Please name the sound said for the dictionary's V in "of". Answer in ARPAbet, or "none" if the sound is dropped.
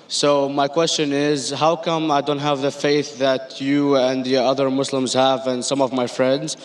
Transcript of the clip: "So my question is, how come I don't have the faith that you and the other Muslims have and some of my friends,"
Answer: V